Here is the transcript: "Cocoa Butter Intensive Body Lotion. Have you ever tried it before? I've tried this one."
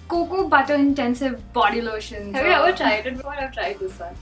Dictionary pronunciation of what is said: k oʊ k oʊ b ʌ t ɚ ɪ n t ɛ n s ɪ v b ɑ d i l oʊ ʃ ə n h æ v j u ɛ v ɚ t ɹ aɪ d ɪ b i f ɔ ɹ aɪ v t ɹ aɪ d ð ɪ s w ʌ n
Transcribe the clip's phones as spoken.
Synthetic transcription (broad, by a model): k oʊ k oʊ b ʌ t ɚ ɪ n t ɛ n s ɪ v b ɑ d i l oʊ ʃ ə n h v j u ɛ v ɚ t ɹ aɪ d ɪ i ɔ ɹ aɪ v t ɹ aɪ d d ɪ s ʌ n